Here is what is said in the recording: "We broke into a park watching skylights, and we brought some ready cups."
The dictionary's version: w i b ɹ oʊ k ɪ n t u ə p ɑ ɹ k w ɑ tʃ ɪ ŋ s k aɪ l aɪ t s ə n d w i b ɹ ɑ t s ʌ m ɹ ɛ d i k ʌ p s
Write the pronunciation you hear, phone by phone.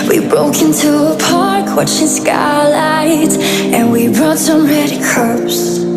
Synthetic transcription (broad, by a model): w i b ɹ oʊ k ɪ n t u ə p ɑ ɹ k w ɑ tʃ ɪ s k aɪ l aɪ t ə n w i b ɹ ɑ t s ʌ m ɹ ɛ d i k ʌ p s